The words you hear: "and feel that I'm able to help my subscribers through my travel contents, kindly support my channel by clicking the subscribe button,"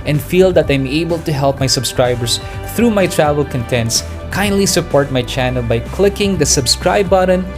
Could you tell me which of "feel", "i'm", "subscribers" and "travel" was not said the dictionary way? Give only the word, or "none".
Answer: subscribers